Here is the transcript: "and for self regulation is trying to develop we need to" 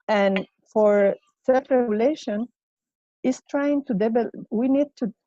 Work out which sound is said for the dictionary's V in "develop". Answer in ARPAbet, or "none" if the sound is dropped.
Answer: B